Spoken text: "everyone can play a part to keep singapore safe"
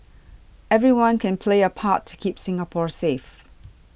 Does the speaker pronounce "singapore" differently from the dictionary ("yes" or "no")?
no